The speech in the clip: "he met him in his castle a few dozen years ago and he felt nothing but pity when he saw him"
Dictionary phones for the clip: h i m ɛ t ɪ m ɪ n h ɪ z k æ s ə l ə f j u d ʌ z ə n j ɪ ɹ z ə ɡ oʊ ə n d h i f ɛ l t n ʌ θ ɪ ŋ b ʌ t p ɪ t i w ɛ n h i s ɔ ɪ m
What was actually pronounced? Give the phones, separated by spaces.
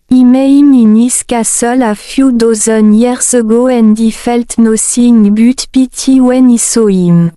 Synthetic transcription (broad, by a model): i m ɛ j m ɪ n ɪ s k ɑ s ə l ə f j u d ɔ z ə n j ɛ ɹ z ə ɡ oʊ ə n d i f ɛ l t n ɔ s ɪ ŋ b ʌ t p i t i w ɛ n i s ɔ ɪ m